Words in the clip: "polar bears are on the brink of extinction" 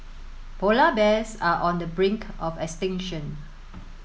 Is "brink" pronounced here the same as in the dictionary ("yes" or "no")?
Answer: yes